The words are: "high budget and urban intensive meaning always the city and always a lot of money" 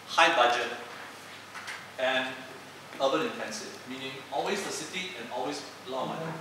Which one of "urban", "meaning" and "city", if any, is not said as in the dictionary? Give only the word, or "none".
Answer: urban